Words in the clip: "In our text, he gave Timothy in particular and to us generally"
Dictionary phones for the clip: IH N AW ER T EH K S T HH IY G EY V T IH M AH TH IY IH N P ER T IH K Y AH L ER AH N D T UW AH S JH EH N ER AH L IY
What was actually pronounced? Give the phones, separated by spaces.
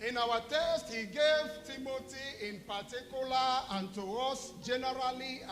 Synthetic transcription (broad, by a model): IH N AW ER T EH S T HH IY G EY V T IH M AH T IY IH N P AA T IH K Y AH L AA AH N T UW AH S JH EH N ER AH L IY